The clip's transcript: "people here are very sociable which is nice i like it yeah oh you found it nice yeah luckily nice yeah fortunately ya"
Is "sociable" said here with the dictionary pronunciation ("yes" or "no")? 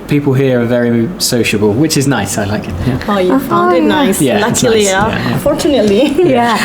yes